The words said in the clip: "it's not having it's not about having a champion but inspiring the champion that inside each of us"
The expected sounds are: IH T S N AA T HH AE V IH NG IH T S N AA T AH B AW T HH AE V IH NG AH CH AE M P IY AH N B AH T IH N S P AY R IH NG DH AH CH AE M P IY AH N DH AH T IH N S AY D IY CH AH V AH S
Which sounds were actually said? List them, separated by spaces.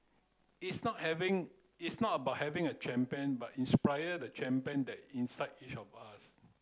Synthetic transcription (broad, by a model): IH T S N AA T HH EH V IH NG IH T S N AA T AH B AW T HH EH V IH NG AH CH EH M P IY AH N B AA T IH N S P AY IH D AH CH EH M P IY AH N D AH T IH N S AY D IY CH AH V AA S